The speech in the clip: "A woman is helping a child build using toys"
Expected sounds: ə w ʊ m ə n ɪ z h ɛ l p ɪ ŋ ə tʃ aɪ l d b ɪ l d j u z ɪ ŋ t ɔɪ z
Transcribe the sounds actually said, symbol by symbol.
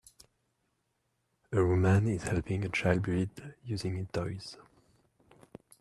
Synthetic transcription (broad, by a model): ə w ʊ m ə n ɪ z h ɛ l p ɪ ŋ ə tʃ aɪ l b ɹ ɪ d j u z ɪ ŋ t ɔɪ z